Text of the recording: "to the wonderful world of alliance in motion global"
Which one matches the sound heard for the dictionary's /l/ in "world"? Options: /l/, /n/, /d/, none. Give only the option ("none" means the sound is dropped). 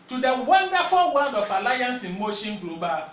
none